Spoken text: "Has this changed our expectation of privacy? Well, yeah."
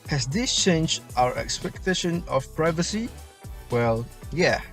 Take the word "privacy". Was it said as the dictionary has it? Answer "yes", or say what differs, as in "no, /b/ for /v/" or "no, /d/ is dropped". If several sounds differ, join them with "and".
yes